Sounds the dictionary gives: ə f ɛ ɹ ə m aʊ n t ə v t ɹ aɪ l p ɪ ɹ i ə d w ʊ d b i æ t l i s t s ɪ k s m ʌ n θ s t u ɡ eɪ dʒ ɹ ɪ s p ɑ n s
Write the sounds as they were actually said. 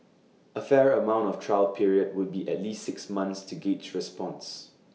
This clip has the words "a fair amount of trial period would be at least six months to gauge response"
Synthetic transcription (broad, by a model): ə f ɛ ɹ ə m aʊ n t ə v t ɹ aɪ l p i ɹ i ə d w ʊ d b i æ t l i s t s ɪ k s m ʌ n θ s t u ɡ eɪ tʃ ɹ ɪ s p ɑ n s